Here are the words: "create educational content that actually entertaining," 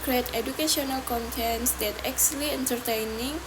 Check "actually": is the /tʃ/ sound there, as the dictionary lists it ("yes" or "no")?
no